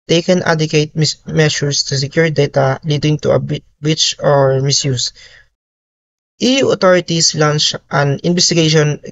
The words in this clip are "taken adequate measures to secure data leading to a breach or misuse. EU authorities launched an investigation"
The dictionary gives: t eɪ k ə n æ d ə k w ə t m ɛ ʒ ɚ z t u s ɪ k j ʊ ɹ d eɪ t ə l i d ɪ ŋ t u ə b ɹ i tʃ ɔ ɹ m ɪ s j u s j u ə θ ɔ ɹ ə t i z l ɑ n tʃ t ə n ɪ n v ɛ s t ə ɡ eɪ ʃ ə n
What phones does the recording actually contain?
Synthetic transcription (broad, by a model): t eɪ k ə n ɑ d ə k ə t m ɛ ʃ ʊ s t u s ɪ k j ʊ ɹ d eɪ t ə l i d ɪ ŋ t u ə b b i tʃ ɔ ɹ m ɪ s j u s j u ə t ɔ ɹ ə t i s l ɑ n tʃ t ə n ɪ n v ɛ s t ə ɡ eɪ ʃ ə n